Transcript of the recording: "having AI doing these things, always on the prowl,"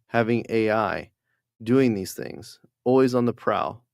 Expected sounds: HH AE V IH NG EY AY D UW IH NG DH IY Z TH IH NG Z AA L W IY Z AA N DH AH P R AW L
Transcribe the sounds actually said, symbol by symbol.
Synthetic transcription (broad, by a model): HH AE V IH NG EY AY D UW IH NG DH IY Z TH IH NG Z AA L W IY Z N DH AH P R AW